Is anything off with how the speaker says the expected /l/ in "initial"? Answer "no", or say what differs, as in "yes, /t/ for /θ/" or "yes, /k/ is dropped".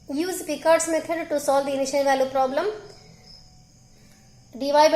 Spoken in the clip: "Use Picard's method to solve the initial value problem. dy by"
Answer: yes, /n/ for /l/